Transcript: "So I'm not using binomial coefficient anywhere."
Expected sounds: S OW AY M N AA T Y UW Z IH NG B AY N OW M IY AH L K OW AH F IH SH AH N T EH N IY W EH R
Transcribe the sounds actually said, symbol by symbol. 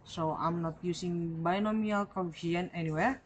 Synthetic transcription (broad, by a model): S OW AY M N AA T Y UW S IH NG B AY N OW M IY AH L K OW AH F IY AH N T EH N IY W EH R